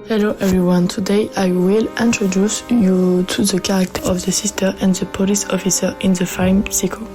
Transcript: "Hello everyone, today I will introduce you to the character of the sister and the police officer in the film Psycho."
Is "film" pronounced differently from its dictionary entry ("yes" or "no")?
yes